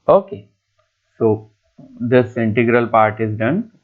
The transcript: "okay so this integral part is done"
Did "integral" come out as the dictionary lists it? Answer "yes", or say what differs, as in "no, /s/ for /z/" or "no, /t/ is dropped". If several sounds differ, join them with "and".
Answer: yes